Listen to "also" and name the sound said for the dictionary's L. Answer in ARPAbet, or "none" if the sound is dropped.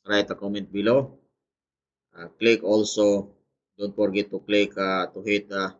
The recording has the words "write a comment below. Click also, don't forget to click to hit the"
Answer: L